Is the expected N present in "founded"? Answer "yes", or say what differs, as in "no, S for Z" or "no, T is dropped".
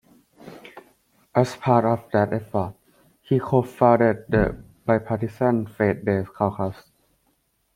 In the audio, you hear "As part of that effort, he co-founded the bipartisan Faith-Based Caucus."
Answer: no, N is dropped